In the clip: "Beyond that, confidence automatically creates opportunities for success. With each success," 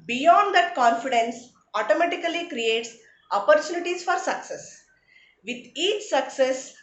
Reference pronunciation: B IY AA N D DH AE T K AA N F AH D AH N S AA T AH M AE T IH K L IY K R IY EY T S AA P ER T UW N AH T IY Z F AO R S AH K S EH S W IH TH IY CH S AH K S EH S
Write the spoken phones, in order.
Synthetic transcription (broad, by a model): B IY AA N D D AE T K AA N F AH D AH N S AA T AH M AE T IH K L IY K R IY EY T S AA P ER T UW N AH T IY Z F AO R S AH K S EH S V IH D IY CH S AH K S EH S